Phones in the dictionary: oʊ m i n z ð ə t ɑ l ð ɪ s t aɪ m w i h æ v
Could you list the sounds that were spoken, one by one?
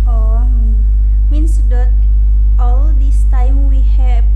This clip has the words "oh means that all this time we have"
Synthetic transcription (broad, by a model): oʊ m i n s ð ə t ɑ l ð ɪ s t aɪ m w i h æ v